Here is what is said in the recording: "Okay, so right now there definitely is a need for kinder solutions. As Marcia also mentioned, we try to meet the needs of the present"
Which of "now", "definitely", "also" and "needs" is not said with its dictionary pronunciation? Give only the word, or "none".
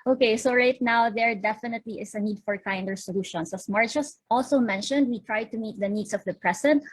needs